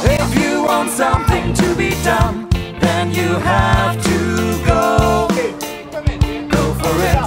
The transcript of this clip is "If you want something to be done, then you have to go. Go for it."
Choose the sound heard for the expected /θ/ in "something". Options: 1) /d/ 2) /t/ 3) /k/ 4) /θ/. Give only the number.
4